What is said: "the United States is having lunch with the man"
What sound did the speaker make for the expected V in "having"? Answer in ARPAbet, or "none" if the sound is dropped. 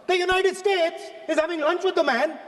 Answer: V